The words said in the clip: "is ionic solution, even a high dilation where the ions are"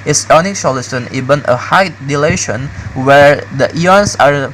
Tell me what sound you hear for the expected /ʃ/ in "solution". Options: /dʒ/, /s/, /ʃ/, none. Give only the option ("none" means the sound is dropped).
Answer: /s/